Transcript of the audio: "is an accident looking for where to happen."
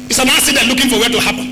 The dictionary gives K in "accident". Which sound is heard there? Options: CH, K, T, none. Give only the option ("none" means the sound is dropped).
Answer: none